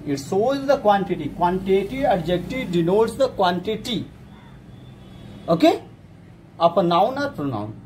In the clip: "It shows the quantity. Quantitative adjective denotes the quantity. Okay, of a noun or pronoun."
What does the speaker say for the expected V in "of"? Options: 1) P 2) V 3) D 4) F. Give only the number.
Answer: 1